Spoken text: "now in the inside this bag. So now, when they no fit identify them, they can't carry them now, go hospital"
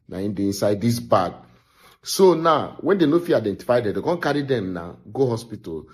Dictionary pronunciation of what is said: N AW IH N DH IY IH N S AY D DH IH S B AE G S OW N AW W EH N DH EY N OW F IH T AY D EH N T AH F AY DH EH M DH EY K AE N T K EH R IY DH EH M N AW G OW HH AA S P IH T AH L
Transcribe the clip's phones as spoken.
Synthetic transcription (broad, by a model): N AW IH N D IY IH N S AY D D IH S B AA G S OW N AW W EH N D EY N OW F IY AY D EH N T AH F AY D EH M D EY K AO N K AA R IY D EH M N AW G OW HH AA S P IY T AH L